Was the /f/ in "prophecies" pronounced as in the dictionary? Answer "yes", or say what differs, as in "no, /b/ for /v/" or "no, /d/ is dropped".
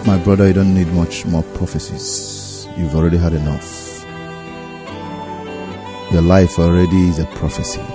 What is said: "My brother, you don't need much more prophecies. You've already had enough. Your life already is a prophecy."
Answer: yes